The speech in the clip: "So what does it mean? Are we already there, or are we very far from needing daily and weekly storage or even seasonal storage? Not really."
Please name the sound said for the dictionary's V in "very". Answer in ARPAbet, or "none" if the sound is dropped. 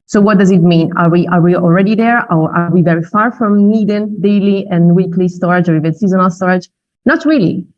V